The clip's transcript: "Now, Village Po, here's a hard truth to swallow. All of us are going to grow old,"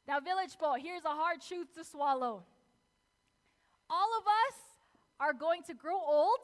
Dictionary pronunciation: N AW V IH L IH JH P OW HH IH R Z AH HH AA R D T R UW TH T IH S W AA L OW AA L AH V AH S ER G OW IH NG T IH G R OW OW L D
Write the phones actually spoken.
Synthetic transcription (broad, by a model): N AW V IH L IH JH B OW HH IH R Z AH HH AA R D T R UW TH T IH S W AA L OW AA L AH V AH S ER G OW IH NG T IH G R OW OW L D